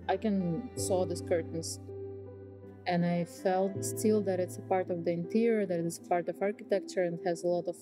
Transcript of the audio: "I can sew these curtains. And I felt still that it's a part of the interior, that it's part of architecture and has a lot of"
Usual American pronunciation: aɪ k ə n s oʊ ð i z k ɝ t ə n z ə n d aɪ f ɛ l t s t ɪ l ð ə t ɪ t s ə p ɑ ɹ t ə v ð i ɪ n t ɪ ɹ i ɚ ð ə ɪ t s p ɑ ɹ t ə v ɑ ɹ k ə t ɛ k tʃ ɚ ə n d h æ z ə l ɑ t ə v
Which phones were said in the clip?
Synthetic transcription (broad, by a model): aɪ k ə n s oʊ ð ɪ s k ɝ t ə n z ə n aɪ f ɛ l t s t ɪ l ð ə t ɪ t s ə p ɑ ɹ t ə v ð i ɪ n t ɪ ɹ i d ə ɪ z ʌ p ɑ ɹ t ə v ɑ ɹ k ə t ɛ k tʃ ɚ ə n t h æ z ə l ɑ t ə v